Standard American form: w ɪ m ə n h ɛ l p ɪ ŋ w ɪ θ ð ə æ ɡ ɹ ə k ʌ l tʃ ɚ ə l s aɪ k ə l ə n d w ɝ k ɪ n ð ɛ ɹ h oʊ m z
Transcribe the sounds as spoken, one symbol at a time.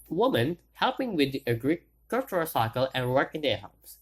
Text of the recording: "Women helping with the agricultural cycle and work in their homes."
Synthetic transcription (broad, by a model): w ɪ m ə n h ɛ l p ɪ ŋ w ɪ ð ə ɡ ɹ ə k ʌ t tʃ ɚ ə s aɪ k ə l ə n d w ɝ k ɪ n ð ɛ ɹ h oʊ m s